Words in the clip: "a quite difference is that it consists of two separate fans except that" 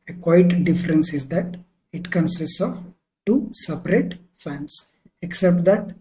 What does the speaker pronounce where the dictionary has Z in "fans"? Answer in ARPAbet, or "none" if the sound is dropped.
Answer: S